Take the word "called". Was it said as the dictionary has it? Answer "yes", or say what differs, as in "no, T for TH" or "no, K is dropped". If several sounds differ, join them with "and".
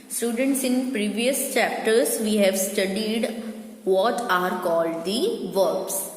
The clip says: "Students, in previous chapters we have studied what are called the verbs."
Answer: yes